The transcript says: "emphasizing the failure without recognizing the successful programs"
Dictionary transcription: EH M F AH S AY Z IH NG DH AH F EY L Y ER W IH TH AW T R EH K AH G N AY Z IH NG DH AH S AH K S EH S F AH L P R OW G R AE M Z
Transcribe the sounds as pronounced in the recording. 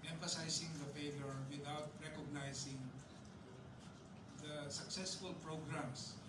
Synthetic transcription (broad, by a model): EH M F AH S AY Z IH NG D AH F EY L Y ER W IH T AW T R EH K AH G N AY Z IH NG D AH S AH K S EH S F AH L P R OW G R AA M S